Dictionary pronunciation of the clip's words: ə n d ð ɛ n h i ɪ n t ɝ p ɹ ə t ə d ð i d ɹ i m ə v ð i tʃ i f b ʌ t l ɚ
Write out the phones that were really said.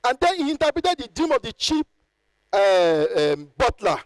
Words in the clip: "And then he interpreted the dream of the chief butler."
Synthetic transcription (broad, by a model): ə n d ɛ n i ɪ n t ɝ p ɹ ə t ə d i d ɹ i m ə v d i tʃ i p b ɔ t l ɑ